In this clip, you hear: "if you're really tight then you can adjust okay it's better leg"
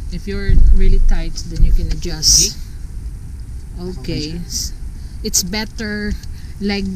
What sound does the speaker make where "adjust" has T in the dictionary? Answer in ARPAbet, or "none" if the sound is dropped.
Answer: T